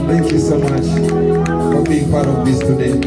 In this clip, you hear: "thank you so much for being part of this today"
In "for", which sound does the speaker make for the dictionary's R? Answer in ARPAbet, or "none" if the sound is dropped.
L